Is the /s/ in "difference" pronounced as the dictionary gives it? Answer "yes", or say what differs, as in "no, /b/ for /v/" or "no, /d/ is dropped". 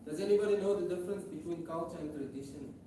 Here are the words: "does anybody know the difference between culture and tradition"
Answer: yes